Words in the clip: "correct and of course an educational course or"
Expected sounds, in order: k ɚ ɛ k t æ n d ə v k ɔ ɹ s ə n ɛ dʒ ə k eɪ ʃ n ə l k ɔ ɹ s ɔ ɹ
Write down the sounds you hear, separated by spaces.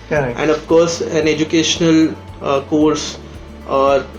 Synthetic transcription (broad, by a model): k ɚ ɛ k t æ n d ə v k ɔ ɹ s ə n ɛ dʒ ə k eɪ ʃ n ə l k ɔ ɹ s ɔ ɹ